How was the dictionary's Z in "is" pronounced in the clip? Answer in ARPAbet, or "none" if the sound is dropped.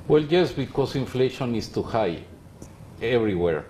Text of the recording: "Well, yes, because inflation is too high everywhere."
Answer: S